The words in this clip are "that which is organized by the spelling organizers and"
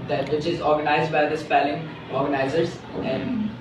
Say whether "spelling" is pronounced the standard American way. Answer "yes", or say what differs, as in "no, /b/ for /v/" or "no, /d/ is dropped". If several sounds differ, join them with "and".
yes